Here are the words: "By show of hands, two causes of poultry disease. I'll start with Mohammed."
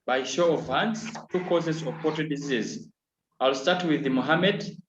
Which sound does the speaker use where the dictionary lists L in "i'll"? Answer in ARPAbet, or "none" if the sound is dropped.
L